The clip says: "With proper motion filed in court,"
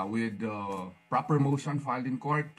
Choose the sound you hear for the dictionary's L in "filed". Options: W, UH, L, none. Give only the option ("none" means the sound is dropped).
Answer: L